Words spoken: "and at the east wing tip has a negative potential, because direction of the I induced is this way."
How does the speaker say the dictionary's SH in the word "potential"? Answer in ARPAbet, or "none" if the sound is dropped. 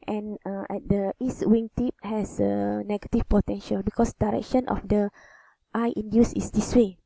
SH